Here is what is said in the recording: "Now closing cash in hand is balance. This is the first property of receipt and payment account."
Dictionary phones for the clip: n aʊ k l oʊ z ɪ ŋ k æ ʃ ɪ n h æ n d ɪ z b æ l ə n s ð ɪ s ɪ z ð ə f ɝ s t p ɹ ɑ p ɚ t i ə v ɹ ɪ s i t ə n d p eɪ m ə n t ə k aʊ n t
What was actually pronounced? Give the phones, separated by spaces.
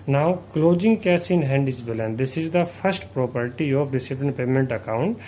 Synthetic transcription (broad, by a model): n aʊ k l oʊ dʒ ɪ ŋ k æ s ɪ n h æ n d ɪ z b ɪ l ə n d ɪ s ɪ z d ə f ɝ s t p ɹ ɑ p ɚ t i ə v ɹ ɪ s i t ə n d p eɪ m ə n t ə k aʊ n t